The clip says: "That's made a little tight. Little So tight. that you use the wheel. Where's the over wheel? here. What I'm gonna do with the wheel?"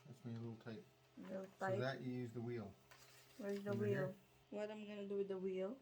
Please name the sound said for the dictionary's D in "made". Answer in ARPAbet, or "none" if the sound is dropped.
none